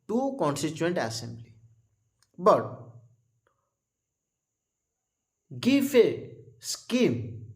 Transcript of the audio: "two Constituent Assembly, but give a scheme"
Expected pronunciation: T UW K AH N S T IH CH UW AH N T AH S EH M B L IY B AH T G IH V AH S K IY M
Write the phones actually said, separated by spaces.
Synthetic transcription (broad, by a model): T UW K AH N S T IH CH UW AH N T AH S EH M B L IY B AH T G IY F AH S K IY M